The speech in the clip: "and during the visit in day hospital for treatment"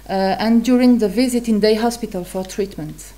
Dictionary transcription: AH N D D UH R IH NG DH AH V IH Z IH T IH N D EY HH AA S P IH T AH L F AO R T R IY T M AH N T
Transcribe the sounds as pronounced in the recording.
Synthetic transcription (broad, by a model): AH N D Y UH R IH NG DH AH V IH Z IH T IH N D EY HH AA S P IH T AH L F AO R T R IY T M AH N T